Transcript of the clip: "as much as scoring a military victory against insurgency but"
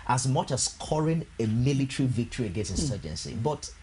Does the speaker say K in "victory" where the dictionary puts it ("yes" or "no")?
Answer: yes